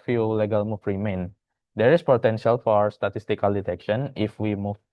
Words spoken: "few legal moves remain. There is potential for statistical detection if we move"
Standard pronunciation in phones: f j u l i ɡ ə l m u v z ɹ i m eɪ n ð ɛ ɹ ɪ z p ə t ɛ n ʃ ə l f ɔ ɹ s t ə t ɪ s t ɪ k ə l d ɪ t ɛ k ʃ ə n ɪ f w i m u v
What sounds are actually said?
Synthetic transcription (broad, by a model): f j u l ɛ ɡ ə l m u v ɹ i m eɪ n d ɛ ɹ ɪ s p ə t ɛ n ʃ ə l f ɔ ɹ s t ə t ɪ s t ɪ k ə l d ɪ t ɛ k ʃ ə n ɪ f w i m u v